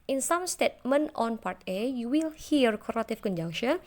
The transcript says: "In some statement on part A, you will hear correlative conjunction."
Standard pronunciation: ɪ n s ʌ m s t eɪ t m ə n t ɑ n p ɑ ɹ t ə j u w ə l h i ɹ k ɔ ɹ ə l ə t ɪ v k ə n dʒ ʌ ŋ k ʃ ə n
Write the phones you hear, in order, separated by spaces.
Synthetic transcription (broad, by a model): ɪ n s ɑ m s t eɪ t m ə n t ɑ n p ɑ ɹ t ə j u w ə l h i ɹ k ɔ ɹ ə t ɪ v k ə n dʒ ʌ ŋ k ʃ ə n